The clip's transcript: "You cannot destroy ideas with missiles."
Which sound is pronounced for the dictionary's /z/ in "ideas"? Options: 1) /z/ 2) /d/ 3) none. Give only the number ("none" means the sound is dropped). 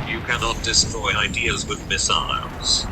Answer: 1